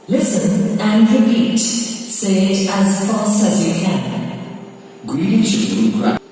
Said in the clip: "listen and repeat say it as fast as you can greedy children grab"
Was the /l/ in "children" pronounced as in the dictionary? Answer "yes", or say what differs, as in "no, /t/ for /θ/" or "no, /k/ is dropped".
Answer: no, /l/ is dropped